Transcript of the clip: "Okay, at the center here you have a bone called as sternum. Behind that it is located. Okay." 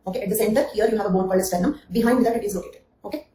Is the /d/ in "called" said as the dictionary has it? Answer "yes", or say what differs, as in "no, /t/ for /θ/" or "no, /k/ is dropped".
no, /d/ is dropped